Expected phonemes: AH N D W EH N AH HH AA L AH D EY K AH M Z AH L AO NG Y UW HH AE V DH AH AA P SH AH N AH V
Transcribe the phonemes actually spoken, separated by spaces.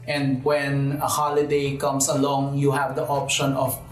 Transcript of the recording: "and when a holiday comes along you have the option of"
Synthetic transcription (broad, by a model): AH N D W EH N AH HH AA L AH D EY K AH M S AH L AO NG Y UW HH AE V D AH AA P SH AH N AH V